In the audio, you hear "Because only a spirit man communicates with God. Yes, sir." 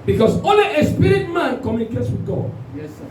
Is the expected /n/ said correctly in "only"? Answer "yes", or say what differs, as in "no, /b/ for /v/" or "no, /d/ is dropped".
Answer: no, /n/ is dropped